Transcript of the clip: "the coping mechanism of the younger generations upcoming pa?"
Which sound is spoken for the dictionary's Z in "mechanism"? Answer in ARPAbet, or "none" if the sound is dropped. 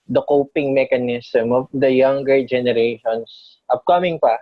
S